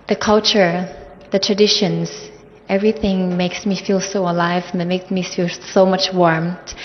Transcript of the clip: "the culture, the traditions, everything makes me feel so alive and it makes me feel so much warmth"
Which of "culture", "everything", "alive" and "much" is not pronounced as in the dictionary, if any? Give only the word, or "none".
none